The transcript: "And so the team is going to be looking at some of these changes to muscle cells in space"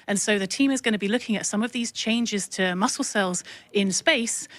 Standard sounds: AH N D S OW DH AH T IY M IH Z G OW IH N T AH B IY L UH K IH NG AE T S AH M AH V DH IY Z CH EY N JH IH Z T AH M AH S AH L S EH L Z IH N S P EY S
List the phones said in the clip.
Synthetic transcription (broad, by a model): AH N S OW DH AH T IY M IH Z G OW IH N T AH B IY L UH K IH NG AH T S AH M AH V DH IY Z CH EY N JH IH Z T AH M AH S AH L S EH L Z IH N S P EY S